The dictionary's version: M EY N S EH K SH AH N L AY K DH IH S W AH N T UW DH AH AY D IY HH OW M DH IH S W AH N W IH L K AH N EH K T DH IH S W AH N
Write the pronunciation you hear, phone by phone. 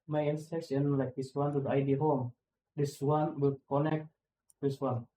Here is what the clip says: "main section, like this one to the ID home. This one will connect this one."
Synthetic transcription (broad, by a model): M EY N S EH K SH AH N L AY K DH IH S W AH N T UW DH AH AY D IY HH OW M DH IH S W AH N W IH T K AH N EH K T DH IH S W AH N